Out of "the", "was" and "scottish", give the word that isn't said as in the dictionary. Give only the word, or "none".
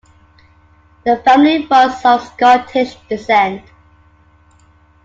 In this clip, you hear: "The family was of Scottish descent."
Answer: was